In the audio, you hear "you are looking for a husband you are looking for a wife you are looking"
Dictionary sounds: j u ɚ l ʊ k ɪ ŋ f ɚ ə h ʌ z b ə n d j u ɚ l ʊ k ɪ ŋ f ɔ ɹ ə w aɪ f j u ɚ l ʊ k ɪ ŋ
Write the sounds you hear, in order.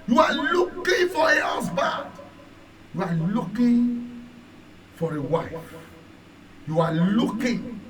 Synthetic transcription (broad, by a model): j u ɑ l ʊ k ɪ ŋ f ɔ ə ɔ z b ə d j u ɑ l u k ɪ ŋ f ɔ ɹ ə w aɪ f j u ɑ l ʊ k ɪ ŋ